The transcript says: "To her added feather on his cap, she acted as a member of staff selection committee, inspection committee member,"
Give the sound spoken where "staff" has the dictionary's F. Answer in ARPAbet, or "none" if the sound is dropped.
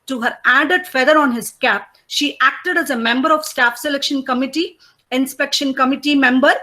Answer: F